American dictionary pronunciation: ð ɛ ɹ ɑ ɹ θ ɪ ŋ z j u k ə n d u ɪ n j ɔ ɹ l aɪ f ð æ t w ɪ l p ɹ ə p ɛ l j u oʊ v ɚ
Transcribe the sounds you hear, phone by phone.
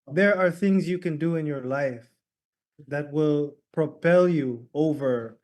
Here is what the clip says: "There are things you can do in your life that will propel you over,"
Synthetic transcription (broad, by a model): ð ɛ ɹ ɑ ɹ θ ɪ ŋ z j u k ə n d u ɪ n j ɔ ɹ l aɪ f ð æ t w ɪ l p ɹ ə p ɛ l j u oʊ v ɚ